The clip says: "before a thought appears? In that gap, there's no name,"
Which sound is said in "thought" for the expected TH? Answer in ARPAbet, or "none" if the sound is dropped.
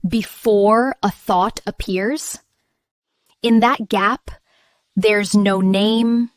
TH